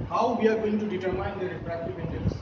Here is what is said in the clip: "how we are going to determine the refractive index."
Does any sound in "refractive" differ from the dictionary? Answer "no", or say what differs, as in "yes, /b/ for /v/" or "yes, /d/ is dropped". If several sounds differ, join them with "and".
yes, /p/ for /f/